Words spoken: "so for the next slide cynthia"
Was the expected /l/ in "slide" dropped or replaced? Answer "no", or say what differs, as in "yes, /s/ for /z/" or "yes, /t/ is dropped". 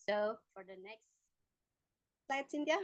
yes, /l/ is dropped